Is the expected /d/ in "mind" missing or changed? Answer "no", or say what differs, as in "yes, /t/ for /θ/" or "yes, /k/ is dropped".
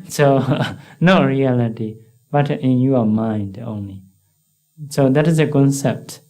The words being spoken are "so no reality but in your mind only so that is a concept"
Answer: no